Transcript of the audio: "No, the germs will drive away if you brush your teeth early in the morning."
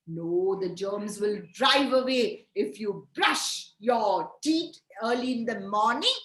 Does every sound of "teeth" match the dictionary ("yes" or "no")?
no